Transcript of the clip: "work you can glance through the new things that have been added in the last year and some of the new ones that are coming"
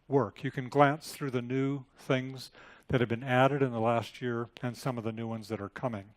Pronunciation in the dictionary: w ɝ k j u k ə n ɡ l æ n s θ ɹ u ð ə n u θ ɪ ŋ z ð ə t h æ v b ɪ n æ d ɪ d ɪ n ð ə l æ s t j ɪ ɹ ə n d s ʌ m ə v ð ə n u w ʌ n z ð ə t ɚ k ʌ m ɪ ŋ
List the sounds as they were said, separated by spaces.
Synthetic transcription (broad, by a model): w ɝ k j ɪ k ə n ɡ l æ n s θ ɹ u ð ə n u θ ɪ ŋ z ð ə t h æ v b ɪ n æ d ɪ d ɪ n ð ə l æ s t j ɪ ɹ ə n s ʌ m ə v ð ə n u w ʌ n z ð ə t ɚ k ʌ m ɪ ŋ